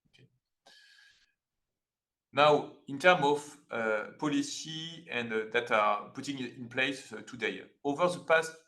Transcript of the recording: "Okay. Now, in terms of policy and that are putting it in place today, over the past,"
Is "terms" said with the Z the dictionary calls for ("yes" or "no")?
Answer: no